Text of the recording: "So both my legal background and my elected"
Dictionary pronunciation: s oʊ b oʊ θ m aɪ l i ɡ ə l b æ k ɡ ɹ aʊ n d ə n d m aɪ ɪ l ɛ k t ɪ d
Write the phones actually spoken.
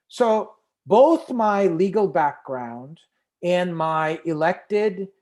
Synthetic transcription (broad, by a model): s oʊ b oʊ θ m aɪ l i ɡ l b æ k ɡ ɹ aʊ n d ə n m aɪ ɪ l ɛ k t ɪ d